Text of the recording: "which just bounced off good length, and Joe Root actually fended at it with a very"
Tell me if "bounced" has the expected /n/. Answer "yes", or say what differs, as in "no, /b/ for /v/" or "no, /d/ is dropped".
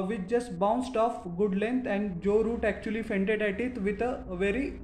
yes